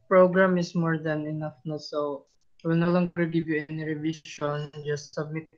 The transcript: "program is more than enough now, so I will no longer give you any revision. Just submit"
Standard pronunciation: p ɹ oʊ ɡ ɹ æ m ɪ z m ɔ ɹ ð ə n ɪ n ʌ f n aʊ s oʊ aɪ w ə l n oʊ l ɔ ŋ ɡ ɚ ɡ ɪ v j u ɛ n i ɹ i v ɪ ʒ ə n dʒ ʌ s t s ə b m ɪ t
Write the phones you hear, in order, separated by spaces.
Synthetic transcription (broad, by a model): p ɹ oʊ ɡ ɹ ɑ m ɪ s m ɔ ɹ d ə n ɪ n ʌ f n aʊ s oʊ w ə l n oʊ l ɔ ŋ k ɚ ɡ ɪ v j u ɛ n i ɹ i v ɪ ʃ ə n dʒ ʌ s t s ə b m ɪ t